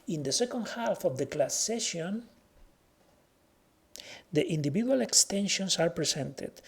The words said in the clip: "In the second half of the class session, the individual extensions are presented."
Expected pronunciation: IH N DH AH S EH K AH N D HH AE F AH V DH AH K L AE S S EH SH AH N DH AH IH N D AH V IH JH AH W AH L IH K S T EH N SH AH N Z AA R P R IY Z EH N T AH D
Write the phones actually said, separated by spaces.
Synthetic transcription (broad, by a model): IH N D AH S EH K AH N D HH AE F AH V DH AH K L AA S S EH SH AH N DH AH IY N D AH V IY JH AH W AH L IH K S T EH N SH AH N S AA R P R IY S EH N T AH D